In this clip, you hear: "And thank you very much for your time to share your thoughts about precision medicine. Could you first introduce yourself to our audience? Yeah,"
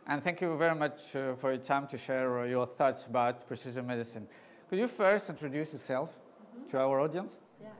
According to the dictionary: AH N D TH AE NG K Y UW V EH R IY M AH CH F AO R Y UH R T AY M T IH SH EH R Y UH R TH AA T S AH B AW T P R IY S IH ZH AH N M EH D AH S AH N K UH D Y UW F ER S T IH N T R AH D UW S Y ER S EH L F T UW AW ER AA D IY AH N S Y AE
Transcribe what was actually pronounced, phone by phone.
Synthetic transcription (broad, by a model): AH N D TH AE NG K Y UW V EH R IY M AH CH F AO R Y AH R T AY M T IH SH EH R Y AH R TH AA T S AH B AW T P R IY S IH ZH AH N M EH D AH S AH N K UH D Y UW F ER S T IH N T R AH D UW S Y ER S EH L F T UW AW ER AA D IY AH N S